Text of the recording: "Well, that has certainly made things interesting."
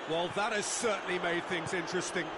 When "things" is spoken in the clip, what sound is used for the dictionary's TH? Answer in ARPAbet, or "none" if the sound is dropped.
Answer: TH